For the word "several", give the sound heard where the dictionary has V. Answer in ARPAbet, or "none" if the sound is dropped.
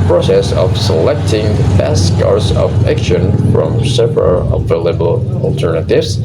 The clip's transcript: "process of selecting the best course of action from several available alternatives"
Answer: P